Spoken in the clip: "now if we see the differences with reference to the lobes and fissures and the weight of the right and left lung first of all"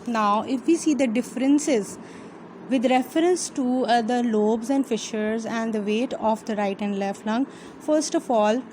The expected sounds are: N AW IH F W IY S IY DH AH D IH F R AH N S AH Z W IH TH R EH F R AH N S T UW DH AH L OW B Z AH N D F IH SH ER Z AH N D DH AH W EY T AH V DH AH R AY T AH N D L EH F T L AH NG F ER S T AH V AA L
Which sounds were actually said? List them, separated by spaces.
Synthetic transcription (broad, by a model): N AW IH F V IY S IY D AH D IH F R AH N S AH Z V IH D R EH F R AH N S T UW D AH L OW B Z AH N D F IH SH ER Z AH N D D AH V EY T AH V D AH R AY T AH N D L EH F T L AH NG F ER S T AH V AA L